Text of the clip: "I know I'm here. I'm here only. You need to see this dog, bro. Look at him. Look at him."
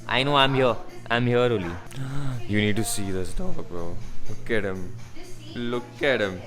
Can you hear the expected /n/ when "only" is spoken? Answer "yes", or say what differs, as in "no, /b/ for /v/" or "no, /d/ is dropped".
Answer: no, /n/ is dropped